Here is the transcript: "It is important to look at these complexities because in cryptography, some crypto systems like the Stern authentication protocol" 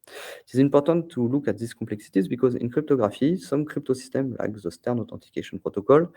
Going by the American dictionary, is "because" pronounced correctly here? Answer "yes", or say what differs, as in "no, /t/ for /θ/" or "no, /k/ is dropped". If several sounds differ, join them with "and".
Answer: yes